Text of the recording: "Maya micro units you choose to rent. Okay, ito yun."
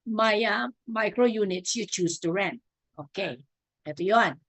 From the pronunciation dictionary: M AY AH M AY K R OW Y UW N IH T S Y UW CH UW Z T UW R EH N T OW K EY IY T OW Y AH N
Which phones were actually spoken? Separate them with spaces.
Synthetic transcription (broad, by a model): M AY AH M AY K R OW Y UW N IH T S Y UW CH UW S T UW R EH N T OW K EY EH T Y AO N